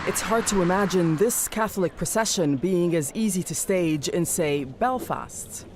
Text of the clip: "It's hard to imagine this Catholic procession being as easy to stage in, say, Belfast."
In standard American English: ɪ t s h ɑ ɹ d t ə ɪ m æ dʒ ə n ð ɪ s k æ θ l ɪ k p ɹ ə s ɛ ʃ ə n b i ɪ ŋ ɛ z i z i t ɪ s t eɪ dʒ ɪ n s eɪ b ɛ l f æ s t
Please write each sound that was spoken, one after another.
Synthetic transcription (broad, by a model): ɪ t s h ɑ ɹ d t ə ɪ m æ dʒ ə n ð ɪ s k æ θ l ɪ k p ɹ ə s ɛ ʃ ə n b i ɪ ŋ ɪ z i z i t ɪ s t eɪ dʒ ɪ n s eɪ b ɛ l f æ s t